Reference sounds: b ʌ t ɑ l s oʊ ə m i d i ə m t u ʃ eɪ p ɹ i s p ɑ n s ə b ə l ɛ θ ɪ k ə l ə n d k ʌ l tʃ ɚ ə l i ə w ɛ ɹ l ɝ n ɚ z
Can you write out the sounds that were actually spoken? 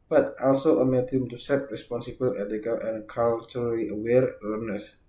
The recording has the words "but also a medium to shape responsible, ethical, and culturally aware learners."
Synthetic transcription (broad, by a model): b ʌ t ɑ l s oʊ ə m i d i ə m t u s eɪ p ɹ i s p ɑ n s ə b ə l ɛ t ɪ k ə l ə n k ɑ l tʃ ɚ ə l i ə w ɛ ɹ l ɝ n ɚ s